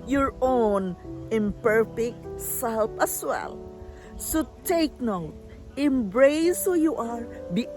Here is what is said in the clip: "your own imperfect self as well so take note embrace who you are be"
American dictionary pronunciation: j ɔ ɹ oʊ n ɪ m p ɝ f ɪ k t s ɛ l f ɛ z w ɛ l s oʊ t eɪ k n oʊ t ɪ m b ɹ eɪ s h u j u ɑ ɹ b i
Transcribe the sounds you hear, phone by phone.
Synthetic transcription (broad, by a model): j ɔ ɹ oʊ n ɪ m p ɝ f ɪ k t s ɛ l p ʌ s w ɛ l s oʊ t eɪ k n oʊ t ɪ m b ɹ eɪ s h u j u ɑ ɹ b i